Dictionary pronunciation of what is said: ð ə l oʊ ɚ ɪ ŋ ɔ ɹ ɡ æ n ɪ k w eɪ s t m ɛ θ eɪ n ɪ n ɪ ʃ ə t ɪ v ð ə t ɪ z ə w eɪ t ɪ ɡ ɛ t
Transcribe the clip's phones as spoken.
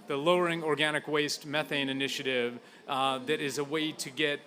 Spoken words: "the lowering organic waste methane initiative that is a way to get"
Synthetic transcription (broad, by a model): ð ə l oʊ ɚ ɪ ŋ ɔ ɹ ɡ æ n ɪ k w eɪ s t m ɛ θ eɪ n ɪ n ɪ ʃ ə t ɪ v ð ə t ɪ z ə w eɪ t ɪ ɡ ɛ t